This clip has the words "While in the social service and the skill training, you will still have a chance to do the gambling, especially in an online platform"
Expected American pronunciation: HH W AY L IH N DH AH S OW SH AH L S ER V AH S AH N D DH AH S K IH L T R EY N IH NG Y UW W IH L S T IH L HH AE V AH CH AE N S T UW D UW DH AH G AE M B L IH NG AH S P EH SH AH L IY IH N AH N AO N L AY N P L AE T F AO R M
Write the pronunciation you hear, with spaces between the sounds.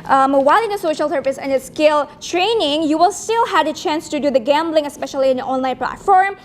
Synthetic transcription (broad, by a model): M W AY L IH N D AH S OW SH AH L S ER V AH S AH N D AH S K IH L T R EY N IH NG Y UW W IH L S T IH L HH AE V AH CH AE N S T UW D UW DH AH G AE M B L IH NG AH S P EH SH AH L IY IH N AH AO N L AY N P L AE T F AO R M